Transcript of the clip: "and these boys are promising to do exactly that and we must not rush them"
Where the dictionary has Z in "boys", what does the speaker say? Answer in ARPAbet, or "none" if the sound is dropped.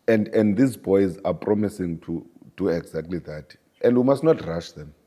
Z